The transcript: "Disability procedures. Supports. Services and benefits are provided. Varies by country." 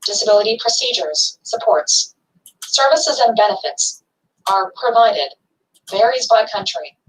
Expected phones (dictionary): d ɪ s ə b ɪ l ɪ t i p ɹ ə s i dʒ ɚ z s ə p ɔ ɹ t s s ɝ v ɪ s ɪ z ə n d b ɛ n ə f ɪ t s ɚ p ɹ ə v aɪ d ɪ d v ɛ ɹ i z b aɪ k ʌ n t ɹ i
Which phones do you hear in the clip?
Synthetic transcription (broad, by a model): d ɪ s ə b ɪ l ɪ t i p ɹ ə s i dʒ ɚ z s ə p ɔ ɹ t s s ɝ v ɪ s ɪ z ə n b ɛ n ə f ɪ t s ɚ p ɹ ə v aɪ d ɪ d v ɛ ɹ i z b aɪ k ʌ n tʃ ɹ i